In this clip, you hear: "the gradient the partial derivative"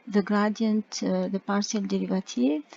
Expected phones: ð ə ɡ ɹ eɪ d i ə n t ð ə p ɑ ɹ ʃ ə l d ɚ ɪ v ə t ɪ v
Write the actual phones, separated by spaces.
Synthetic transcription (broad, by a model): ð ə ɡ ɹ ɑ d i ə n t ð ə p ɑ ɹ s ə l d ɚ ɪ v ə t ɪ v